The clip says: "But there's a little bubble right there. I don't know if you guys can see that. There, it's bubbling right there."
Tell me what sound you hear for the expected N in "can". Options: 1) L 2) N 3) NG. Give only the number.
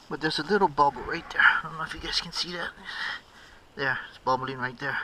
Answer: 2